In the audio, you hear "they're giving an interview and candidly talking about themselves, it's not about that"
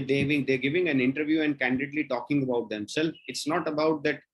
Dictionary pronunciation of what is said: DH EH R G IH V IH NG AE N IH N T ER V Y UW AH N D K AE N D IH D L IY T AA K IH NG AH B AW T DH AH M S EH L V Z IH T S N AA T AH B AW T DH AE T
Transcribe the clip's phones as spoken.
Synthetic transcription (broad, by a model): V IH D G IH V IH NG AE N IH N T ER V Y UW AH N D K AE N D IH D L IY T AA K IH NG AH B AW T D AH M S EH L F IH T S N AA T AH B AW T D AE T